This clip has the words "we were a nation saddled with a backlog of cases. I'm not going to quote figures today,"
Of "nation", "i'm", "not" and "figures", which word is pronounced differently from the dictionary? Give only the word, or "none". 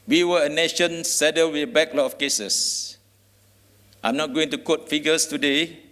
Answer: figures